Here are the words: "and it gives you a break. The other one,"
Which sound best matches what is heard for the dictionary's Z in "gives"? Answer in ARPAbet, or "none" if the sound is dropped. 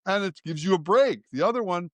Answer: Z